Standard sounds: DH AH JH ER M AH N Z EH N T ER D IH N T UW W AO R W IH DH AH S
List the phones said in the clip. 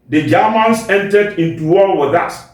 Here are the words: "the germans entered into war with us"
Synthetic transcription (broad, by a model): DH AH JH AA M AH N S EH N T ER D IH N T UW W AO L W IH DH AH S